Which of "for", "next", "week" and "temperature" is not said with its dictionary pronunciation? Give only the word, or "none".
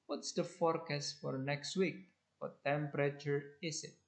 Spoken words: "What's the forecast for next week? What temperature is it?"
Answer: none